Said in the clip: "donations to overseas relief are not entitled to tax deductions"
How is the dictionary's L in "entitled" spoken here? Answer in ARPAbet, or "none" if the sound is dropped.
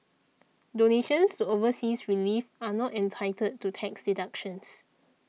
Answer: none